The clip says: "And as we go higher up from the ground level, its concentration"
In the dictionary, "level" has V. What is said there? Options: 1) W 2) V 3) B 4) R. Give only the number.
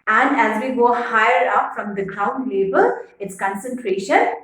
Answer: 3